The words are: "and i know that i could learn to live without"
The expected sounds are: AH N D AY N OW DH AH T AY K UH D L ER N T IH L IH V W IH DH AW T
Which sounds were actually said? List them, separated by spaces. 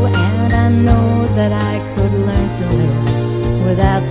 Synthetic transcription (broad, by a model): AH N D AY N OW DH AH T AY K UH D L ER N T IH N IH W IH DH AW T